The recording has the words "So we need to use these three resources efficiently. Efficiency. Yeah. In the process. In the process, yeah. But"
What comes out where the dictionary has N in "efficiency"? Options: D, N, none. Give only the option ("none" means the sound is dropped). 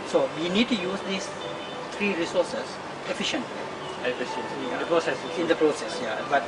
none